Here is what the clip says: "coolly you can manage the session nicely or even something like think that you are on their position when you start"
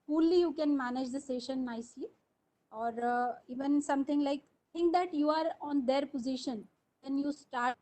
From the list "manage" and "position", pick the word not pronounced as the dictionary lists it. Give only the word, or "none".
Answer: none